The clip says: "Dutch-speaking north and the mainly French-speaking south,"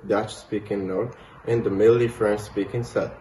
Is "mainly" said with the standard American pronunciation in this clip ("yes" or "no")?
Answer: no